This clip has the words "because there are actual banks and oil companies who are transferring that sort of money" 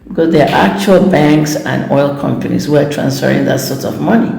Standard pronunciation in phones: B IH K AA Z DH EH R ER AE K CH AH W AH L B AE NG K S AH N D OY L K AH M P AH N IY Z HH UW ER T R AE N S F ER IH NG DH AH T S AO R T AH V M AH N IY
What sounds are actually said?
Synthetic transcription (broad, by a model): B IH K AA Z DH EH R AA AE K CH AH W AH L B AE NG K S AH N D OY L K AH M P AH N IY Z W ER T R AE N S F ER IH NG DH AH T S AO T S AH V M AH N IY